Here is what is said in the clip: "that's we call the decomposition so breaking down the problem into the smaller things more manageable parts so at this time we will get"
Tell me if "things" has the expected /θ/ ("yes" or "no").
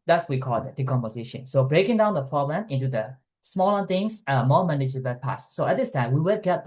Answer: no